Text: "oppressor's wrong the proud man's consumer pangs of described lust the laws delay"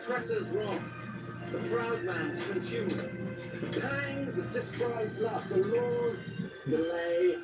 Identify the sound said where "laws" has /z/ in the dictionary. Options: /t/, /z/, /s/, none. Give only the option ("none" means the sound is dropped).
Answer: none